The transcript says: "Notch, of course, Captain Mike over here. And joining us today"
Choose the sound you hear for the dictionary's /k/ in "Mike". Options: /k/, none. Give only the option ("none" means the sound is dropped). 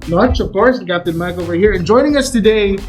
/k/